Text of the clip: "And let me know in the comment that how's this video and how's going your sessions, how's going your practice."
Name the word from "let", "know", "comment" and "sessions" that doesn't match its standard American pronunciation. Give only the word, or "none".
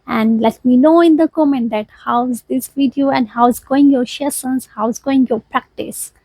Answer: sessions